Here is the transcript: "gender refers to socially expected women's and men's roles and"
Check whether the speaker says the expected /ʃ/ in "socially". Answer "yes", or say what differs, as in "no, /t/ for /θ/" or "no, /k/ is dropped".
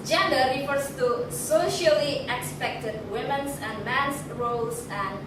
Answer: yes